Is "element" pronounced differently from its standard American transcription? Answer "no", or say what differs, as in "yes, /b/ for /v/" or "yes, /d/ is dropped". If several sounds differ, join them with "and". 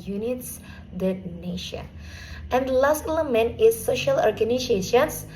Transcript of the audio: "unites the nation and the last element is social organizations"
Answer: yes, /t/ is dropped